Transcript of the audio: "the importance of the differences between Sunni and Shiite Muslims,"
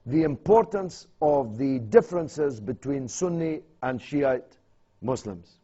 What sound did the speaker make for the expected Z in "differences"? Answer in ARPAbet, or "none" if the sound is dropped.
Z